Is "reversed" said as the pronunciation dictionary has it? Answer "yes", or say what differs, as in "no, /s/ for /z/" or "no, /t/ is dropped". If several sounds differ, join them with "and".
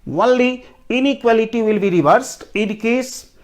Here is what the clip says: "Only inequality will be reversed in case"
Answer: yes